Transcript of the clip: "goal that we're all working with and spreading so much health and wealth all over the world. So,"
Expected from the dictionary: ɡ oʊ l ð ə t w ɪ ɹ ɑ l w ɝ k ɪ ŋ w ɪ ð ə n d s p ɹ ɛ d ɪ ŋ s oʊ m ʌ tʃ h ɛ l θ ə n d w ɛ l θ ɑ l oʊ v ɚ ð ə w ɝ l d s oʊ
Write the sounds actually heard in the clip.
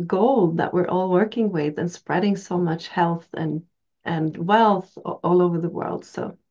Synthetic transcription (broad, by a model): ɡ oʊ l ð ə t w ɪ ɹ ɑ l w ɝ k ɪ ŋ w ɪ ð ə n s p ɹ ɛ d ɪ ŋ s oʊ m ʌ tʃ h ɛ l θ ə n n w ɛ l θ ɑ l oʊ v ɚ ð ə w ɝ l d s oʊ